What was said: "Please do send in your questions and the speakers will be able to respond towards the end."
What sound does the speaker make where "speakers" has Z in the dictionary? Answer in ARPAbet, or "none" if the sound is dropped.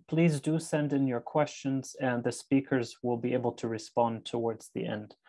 Z